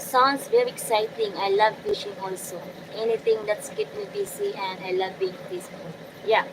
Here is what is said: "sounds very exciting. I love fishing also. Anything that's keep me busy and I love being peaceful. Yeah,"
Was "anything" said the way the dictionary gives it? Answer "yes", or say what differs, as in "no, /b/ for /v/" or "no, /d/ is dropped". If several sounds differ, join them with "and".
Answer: no, /t/ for /θ/